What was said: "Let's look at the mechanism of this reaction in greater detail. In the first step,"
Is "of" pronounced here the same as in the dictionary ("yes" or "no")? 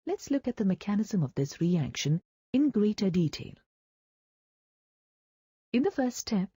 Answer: yes